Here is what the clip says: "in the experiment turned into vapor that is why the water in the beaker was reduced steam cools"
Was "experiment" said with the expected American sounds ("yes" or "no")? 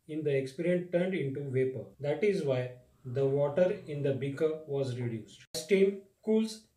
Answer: no